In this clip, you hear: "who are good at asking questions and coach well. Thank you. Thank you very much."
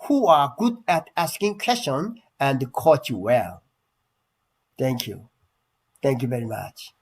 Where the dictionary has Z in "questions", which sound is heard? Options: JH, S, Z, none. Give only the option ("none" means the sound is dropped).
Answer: none